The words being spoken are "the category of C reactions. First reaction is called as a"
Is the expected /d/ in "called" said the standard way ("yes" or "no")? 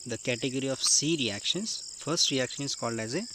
yes